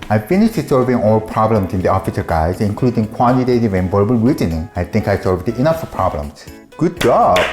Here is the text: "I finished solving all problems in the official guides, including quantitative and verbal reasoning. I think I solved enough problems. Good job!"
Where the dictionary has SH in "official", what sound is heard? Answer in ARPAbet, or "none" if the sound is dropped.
S